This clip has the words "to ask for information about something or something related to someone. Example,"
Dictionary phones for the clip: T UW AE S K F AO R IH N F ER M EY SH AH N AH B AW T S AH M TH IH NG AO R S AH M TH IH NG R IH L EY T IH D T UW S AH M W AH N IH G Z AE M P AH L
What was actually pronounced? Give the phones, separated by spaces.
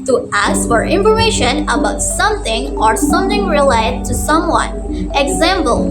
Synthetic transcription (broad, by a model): T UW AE S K F AO R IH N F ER EY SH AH N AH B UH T S AH M TH IH NG AO R S AH M TH IH NG R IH L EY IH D T UW S AH M W AH N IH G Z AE M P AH L